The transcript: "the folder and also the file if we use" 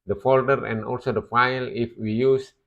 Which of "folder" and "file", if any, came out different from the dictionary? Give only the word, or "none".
none